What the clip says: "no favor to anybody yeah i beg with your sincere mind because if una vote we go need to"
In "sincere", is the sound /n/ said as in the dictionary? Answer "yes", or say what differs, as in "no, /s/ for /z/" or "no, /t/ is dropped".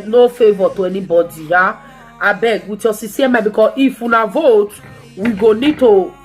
no, /n/ is dropped